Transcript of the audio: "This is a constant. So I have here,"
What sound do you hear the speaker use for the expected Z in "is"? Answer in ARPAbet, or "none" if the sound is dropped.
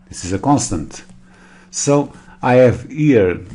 Z